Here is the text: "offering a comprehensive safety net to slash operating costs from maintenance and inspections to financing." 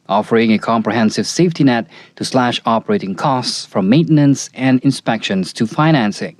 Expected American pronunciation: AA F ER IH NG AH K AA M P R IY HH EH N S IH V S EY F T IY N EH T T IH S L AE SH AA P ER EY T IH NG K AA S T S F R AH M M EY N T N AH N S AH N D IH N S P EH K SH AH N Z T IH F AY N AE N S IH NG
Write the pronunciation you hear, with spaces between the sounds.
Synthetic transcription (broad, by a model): AA F ER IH NG AH K AA M P R IY HH EH N S IH V S EY F T IY N EH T T IH S L AE SH AA P ER EY T IH NG K AA S T S F R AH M M EY N T N AH N S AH N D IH N S P EH K SH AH N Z T IH F AY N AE N S IH NG